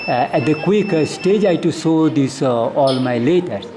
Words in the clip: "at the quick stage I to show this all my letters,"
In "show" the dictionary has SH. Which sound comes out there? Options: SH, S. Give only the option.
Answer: S